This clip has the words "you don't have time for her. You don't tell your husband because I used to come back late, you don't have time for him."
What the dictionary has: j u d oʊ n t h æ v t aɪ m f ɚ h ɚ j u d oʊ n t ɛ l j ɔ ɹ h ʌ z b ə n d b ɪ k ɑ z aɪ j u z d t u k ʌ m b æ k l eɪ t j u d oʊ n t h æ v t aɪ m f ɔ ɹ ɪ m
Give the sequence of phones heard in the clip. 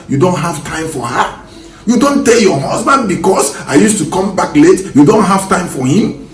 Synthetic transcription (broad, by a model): j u d oʊ n t h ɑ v t aɪ m f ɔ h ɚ j u d oʊ n t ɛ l j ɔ h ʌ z b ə n d b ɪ k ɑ s aɪ j u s t u k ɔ m b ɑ k l eɪ t j u d oʊ n t h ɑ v t aɪ m f ɔ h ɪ m